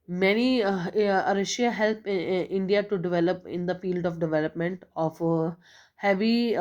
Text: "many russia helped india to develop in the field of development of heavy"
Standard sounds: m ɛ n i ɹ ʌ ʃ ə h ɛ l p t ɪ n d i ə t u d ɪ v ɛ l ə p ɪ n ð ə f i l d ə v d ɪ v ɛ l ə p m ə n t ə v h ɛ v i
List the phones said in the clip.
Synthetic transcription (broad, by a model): m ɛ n i ɹ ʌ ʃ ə h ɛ l p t ɪ n d i ə t u d ɪ v ɛ l ə p ɪ n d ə f i l d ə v d ɪ v ɛ l ə p m ə n t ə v h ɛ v i